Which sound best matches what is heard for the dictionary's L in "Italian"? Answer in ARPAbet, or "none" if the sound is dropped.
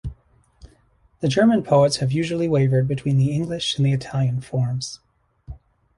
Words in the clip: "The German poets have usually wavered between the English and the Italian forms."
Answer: L